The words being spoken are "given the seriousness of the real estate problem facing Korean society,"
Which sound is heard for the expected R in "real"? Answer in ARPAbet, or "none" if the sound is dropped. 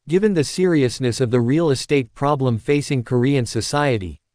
R